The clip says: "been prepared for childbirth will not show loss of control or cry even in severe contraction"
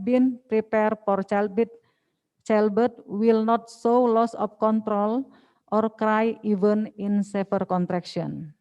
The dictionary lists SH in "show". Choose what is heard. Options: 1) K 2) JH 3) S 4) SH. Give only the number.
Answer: 3